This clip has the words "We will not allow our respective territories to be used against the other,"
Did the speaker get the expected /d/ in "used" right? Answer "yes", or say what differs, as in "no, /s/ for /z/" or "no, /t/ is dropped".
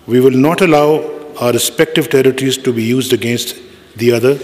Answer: yes